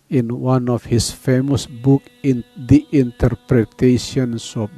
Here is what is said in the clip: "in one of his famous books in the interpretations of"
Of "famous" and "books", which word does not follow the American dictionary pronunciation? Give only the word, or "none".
books